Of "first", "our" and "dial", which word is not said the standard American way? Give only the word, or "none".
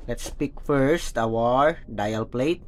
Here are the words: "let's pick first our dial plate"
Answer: none